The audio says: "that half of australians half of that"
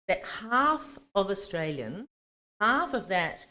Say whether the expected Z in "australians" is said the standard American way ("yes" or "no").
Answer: no